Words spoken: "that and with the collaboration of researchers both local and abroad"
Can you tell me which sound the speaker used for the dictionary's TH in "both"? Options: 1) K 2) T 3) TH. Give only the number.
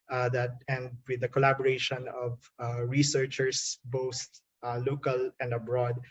2